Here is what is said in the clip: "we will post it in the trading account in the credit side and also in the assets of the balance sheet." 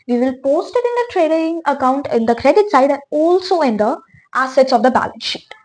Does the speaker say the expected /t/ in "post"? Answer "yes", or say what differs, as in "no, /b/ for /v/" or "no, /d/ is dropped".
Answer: yes